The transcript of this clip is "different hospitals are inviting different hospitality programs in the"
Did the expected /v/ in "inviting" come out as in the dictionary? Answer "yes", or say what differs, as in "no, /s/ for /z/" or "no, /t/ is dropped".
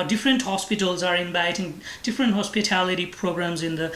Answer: no, /b/ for /v/